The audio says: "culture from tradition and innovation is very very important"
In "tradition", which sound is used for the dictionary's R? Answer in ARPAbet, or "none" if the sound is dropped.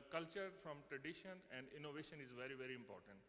R